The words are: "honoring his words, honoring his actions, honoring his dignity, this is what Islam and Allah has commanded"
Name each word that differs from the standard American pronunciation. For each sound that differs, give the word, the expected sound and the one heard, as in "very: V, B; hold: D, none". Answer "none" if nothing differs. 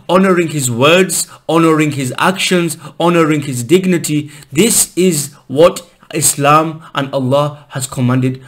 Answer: none